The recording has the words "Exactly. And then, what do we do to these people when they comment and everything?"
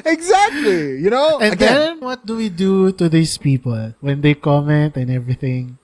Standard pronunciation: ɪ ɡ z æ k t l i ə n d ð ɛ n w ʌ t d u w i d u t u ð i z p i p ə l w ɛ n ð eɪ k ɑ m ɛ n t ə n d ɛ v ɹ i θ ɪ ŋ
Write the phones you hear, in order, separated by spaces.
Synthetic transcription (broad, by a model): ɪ ɡ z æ k t l i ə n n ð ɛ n w ʌ t d u w i d u t u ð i s p i p ə l w ɛ n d eɪ k ɑ m ɛ n t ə n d ɛ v ɹ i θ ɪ ŋ